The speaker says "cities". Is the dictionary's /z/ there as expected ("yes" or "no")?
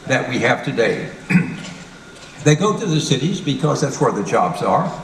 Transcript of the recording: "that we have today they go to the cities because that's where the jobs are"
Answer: yes